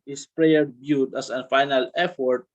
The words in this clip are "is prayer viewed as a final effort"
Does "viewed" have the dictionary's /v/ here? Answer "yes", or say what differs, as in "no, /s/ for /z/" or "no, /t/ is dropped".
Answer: no, /b/ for /v/